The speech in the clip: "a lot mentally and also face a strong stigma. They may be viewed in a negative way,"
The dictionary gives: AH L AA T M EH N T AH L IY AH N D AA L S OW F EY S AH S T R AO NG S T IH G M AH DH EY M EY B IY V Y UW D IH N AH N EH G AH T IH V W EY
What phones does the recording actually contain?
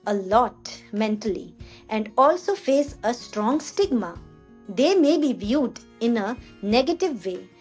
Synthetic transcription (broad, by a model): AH L AA T M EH N T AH L IY AH N D AA L S OW F EY S AH S T R AO NG S T IH G M AH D EY M EY B IY V Y UW D IH N AH N EH G AH T IH V EY